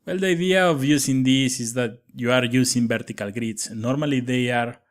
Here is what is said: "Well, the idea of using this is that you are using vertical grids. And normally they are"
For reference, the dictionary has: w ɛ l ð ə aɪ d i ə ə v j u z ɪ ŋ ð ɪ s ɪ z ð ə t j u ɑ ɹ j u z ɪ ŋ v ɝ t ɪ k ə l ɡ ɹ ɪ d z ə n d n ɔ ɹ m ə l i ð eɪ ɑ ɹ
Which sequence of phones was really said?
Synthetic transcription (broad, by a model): w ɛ l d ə aɪ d i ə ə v j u s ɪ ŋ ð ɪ s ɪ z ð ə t j u ɑ ɹ j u s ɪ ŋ b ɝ t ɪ k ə l ɡ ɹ d ə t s n ɔ ɹ m ə l i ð eɪ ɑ ɹ